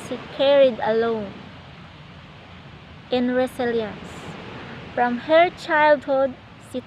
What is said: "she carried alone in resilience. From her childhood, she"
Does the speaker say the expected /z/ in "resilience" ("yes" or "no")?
no